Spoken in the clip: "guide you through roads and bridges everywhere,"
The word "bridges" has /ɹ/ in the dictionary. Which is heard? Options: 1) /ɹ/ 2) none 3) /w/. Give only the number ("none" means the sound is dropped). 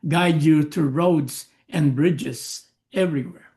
1